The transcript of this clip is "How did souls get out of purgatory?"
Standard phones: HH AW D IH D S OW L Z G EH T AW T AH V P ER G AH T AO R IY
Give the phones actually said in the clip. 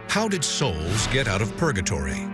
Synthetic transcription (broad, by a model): HH AW D IH D S OW L Z G EH T AW T AH V P ER G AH T AO R IY